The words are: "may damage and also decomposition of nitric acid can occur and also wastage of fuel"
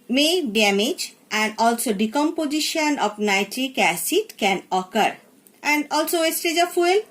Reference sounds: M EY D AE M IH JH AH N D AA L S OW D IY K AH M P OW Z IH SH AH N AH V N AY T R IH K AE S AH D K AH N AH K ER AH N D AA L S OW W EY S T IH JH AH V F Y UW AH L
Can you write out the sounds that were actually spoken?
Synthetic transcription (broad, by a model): M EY D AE M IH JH AH N D AA L S OW D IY K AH M P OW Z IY SH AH N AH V N AY T R IH K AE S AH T K AH N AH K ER AH N D AA L S OW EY S T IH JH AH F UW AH L